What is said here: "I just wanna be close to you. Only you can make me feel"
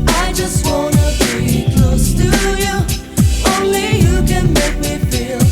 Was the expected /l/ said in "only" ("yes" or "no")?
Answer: yes